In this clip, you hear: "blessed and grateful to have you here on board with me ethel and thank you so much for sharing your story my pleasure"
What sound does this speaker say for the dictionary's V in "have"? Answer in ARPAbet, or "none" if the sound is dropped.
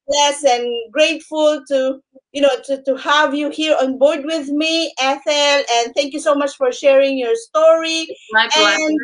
V